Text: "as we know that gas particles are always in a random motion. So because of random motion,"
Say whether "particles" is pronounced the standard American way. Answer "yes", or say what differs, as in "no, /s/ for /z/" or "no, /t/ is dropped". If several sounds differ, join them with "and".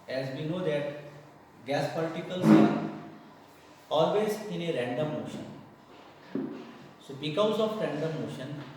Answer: no, /l/ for /ɹ/